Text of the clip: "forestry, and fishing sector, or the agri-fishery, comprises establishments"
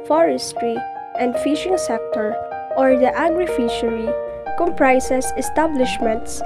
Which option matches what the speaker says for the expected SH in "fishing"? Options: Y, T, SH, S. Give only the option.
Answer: SH